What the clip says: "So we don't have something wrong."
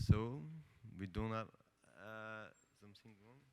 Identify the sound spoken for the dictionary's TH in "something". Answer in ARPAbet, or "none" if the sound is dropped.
T